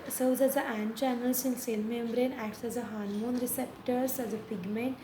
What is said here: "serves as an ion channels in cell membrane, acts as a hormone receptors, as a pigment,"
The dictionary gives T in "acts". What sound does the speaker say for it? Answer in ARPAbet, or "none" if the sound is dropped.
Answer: T